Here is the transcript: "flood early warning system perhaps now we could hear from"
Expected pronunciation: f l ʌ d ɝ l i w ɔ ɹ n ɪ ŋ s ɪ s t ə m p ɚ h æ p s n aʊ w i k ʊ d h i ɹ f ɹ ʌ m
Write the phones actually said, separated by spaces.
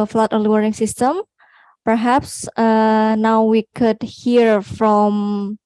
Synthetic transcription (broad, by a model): f l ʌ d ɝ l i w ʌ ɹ ɪ ŋ s ɪ s t ə m p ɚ h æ p s n aʊ w i k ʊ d h i ɹ f ɹ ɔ m